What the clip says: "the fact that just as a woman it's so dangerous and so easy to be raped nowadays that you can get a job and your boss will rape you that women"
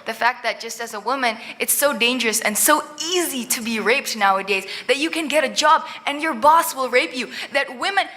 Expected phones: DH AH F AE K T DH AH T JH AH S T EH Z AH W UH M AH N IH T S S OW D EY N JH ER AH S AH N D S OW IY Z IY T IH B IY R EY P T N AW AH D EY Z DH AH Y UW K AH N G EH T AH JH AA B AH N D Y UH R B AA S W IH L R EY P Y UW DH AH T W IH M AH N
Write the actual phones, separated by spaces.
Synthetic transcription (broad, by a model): DH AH F AE K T DH AH T JH AH S T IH Z AH W UH M AH N IH T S S OW D EY N JH ER AH S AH N S OW IY Z IY T IH B IY R EY P T N AW AH D EY Z DH AH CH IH K AH N G EH T AH JH AA B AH N Y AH R B AA S W IH L R EY P Y UW DH AH T W IH M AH N